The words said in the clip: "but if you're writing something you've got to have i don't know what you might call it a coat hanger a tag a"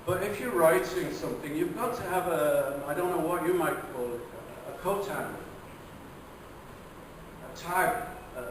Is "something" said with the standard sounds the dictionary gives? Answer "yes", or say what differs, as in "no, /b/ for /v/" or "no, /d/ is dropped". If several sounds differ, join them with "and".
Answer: yes